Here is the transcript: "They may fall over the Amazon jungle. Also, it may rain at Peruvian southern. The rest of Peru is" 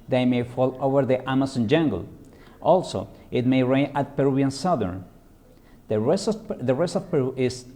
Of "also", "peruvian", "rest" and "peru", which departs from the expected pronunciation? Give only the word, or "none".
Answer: peruvian